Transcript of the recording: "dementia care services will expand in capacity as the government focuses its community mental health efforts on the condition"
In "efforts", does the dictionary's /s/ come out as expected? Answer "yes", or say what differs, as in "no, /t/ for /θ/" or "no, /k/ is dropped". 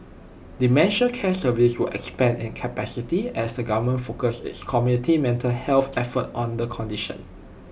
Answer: no, /s/ is dropped